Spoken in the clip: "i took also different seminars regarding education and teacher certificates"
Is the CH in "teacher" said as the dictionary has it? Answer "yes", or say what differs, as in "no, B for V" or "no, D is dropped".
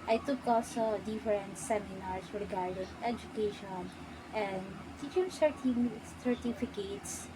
no, S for CH